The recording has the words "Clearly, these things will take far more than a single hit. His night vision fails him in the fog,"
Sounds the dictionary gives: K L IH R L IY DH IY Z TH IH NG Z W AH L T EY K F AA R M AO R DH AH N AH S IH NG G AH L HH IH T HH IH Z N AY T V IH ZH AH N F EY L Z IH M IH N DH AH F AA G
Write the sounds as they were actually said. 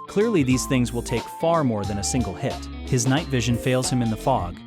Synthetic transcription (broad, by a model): K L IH R L IY DH IY Z TH IH NG Z W AH L T EY K F AA R M AO R DH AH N AH S IH NG G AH L HH IH T HH IH Z N AY T V IH ZH AH N F EY L Z IH M IH N DH AH F AA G